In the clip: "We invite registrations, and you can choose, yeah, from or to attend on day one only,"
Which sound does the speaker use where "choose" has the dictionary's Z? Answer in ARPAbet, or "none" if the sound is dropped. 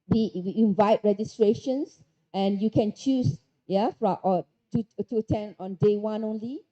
S